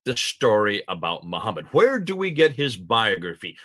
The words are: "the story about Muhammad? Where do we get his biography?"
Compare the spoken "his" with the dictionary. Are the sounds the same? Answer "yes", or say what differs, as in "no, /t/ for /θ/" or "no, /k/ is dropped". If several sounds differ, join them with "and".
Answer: yes